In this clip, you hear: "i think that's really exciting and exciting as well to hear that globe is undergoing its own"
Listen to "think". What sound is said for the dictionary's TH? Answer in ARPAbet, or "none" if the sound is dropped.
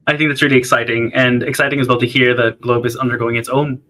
TH